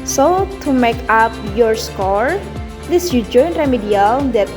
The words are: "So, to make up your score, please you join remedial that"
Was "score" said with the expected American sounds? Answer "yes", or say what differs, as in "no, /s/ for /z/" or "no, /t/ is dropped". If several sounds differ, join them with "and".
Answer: yes